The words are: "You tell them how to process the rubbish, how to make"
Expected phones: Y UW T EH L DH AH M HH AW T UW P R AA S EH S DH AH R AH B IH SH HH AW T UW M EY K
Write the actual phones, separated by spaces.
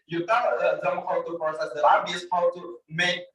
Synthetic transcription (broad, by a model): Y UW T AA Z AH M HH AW T UW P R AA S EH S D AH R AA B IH S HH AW T UW M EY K